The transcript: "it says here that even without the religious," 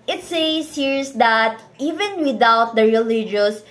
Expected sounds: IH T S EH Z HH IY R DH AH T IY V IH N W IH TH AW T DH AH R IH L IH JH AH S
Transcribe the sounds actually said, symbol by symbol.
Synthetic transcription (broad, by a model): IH T S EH S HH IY R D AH T IY V IH N W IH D AW T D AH R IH L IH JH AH S